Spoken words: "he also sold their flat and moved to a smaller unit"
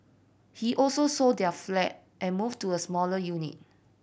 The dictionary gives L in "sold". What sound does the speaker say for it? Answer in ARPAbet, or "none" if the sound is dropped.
none